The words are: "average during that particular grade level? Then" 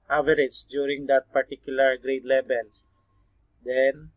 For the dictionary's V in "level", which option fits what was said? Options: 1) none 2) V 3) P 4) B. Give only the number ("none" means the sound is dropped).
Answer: 4